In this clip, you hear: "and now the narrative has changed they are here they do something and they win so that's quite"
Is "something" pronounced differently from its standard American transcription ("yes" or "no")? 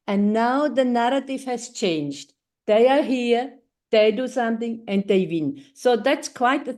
yes